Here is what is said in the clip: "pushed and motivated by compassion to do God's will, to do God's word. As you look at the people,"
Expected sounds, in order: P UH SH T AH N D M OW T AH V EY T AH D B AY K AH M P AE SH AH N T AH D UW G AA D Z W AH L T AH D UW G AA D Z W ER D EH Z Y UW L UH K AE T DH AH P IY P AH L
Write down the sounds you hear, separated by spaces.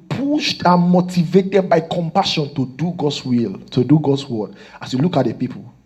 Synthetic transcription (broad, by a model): P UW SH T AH N M OW T AH V EY T AH D B AY K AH M P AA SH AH N T AH D UW G AA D S W AH L T AH D UW G AA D S W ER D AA S Y UW L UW K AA T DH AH P IY P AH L